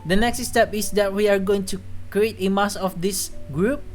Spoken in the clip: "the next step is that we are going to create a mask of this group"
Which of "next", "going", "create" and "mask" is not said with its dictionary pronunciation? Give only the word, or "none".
mask